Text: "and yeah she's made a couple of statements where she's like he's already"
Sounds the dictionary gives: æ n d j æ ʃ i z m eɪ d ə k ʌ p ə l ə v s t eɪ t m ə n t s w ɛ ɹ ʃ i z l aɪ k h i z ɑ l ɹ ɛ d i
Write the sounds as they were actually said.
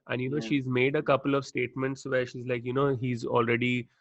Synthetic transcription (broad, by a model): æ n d j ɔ ʃ i z m eɪ d ə k ʌ p ə l ə v s t eɪ t m ə n t s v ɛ ɹ ʃ i z l aɪ k h i z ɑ l ɹ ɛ d i